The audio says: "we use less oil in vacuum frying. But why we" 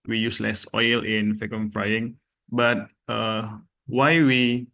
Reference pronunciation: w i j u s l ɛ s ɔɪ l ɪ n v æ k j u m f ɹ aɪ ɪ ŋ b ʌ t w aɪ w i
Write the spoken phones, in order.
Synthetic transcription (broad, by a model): w i j u s l ɛ s ɔɪ l ɪ n f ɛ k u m f ɹ aɪ ɪ ŋ b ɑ t w aɪ w i